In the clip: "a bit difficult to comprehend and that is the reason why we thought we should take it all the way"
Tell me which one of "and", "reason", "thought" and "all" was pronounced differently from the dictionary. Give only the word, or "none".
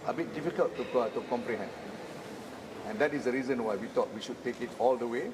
thought